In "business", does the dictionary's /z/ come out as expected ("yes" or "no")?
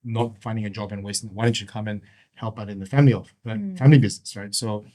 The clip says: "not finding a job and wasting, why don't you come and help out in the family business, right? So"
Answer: yes